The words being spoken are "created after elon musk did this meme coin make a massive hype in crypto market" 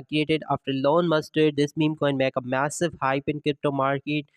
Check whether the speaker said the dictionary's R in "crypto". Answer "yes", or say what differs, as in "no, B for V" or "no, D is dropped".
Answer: yes